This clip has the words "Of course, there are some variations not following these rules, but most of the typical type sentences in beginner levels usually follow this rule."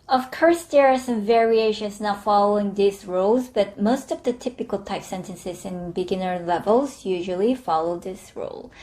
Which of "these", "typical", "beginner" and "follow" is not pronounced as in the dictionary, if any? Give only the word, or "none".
these